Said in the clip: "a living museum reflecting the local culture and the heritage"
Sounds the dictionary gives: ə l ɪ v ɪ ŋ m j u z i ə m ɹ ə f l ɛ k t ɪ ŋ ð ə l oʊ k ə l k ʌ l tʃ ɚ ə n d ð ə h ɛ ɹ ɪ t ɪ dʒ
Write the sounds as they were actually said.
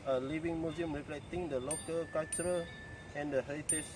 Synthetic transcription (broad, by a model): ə l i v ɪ ŋ m j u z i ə m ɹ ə p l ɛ t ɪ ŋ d ə l oʊ k ə l k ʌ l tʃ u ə n d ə h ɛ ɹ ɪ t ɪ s